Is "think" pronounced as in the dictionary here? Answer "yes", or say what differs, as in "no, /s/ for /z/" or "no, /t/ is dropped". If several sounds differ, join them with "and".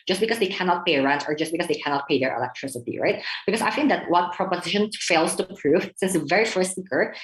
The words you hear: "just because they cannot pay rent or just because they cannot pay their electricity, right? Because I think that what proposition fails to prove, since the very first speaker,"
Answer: no, /f/ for /θ/